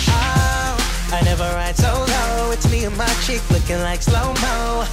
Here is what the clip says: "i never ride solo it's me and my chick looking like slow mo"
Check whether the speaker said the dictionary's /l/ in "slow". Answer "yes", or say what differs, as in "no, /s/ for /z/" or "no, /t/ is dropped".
yes